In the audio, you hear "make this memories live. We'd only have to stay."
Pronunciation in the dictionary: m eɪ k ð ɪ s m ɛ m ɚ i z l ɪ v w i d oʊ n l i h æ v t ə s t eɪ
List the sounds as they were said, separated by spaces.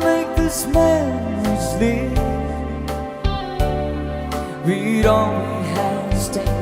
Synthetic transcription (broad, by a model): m eɪ k ð ɪ s m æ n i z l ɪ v w i d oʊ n w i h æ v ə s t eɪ